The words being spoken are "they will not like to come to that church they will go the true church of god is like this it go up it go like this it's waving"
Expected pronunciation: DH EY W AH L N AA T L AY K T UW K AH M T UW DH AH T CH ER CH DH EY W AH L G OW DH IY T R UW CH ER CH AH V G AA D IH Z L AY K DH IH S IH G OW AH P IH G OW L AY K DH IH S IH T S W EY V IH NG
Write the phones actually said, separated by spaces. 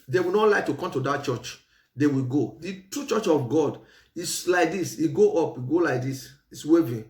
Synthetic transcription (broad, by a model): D EY W AH L N AA T L AY K T UW K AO M T UW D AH T CH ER CH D EY W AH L G OW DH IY T UW CH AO CH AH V G AA D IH S L AY K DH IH S IH G OW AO P IH G OW L AY K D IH S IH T S W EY V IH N